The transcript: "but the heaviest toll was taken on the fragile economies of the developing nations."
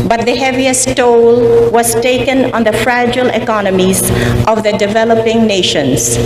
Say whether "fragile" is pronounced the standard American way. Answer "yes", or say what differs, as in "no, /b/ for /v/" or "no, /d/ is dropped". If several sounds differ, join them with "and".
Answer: yes